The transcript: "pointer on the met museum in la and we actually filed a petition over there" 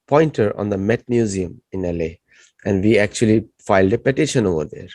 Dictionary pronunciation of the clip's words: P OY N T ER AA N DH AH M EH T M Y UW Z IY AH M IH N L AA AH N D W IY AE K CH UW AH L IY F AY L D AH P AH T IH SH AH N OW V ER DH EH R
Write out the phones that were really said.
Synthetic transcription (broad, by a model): P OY N T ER AA N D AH M EH T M Y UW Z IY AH M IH N L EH AH N D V IY AE K CH UW AH L IY F AY L D AH P AH T IH SH AH N OW V ER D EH R